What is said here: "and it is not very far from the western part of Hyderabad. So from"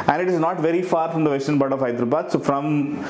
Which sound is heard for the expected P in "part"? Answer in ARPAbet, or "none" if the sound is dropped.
B